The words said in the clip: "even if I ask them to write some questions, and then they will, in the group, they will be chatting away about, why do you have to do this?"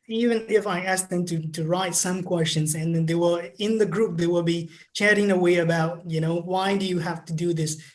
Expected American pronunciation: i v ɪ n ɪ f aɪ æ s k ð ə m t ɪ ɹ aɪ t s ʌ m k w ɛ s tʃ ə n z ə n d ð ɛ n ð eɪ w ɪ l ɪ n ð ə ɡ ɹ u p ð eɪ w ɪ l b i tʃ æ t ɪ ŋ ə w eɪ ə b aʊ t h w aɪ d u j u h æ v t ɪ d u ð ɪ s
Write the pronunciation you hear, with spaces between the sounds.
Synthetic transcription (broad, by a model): i v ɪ n ɪ f aɪ æ s k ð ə m t ɪ ɹ aɪ t s ʌ m k w ɛ s tʃ ə n z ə n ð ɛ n ð eɪ w ɪ l ɪ n ð ə ɡ ɹ u p ð eɪ w ɪ l b i tʃ æ t ɪ ŋ ə w eɪ ə b aʊ t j w aɪ d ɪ j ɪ h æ f t ɪ d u ð ɪ s